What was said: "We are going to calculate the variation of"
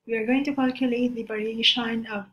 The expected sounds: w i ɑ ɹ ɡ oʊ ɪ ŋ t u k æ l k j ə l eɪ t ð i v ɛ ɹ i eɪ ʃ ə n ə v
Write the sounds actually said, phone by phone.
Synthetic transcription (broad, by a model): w i ɑ ɹ ɡ oʊ ɪ ŋ t u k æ l k j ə l eɪ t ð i b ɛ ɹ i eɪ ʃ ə n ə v